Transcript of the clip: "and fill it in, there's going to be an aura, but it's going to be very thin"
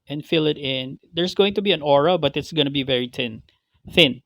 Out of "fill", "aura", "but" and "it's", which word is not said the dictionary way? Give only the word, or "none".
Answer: none